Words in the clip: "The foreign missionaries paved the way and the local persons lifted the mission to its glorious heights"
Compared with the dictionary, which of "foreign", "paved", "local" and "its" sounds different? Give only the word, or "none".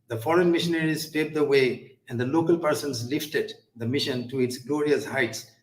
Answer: paved